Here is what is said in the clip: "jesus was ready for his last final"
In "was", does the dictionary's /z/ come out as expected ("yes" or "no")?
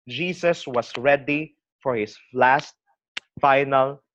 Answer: no